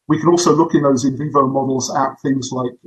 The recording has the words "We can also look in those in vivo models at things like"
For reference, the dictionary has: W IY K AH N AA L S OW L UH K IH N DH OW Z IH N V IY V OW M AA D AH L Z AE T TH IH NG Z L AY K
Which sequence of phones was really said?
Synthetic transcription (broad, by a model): W IY K AH N AA L S OW L UH K IH N DH OW Z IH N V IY V OW M AA D L Z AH T TH IH NG Z L AY K